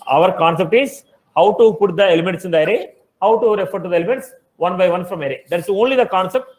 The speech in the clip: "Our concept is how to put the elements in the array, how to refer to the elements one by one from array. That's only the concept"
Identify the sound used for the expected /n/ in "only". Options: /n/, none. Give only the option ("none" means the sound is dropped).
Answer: /n/